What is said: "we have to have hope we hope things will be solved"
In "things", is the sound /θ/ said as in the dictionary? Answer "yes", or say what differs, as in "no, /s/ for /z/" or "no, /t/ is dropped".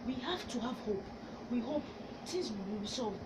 no, /t/ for /θ/